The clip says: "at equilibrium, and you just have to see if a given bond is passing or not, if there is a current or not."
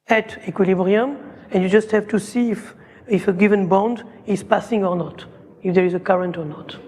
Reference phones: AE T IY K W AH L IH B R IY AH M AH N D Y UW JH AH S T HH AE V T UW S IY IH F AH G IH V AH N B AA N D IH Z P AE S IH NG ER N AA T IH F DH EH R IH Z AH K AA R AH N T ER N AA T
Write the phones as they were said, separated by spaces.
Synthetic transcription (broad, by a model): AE T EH K W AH L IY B R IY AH M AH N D Y UW JH AH S T HH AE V T UW S IY IH F AH G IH V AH N B AA N D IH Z P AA S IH NG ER N AA T IH F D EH R IH Z AH K AA R AH N T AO N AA T